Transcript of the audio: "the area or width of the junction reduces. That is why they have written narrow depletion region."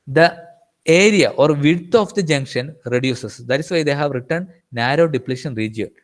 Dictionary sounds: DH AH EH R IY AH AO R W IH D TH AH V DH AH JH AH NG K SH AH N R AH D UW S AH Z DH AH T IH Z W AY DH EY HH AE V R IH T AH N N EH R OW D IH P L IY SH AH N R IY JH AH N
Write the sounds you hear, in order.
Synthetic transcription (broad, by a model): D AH EH R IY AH AO R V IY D T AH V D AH JH AH NG K SH AH N R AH D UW S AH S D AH T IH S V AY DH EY HH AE V R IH T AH N N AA R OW D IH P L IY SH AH N R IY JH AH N